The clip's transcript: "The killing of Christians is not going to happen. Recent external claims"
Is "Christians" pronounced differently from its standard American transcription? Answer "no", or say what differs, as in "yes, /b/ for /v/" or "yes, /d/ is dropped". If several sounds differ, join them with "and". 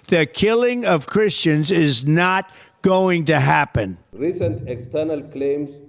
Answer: no